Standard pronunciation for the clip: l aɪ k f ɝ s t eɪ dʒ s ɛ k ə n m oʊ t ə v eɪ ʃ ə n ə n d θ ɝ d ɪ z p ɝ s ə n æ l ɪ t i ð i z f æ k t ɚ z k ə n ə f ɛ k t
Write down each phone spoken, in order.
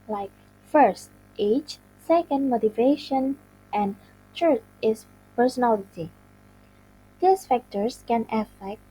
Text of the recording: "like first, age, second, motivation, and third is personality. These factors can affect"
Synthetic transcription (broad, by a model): l aɪ k f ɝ s t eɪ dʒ s ɛ k ə n m oʊ t ə v eɪ ʃ ə n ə n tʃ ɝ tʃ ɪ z p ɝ s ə n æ l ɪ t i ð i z f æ k t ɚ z k ə n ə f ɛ k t